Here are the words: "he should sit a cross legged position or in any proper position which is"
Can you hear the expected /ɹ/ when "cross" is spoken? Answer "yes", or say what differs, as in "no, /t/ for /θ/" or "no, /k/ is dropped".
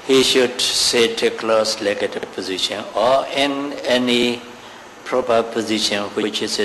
no, /l/ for /ɹ/